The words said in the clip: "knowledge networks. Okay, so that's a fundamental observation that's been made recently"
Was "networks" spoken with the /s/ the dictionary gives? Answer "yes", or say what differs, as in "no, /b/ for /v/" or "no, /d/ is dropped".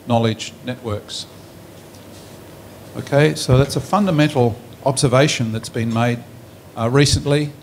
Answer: yes